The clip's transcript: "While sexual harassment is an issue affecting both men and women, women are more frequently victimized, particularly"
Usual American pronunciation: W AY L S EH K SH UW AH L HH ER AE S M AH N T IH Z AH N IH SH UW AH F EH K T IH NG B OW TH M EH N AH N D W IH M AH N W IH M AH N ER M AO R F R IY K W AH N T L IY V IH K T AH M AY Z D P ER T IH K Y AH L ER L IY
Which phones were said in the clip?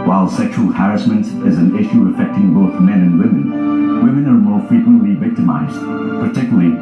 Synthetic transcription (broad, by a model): W AY L S EH K SH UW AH L HH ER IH S M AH N T IH Z AH N IH SH UW AH F EH K T IH NG B OW TH M EH N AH N W IH M AH N W IH M AH N ER M AO R F R IY K W AH N T L IY V IH K T AH M AY Z D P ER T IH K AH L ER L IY